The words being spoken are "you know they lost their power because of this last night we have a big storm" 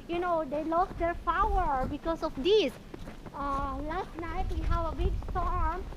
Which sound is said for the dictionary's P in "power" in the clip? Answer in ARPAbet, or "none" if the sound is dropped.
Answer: F